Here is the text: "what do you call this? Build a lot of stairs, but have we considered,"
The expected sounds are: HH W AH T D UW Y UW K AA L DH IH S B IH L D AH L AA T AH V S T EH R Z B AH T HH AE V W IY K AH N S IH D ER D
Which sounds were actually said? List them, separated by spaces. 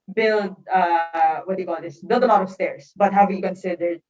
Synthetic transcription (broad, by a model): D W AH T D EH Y K AA L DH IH S B IH L D AH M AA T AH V S T EH R S B AH T HH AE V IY K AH N S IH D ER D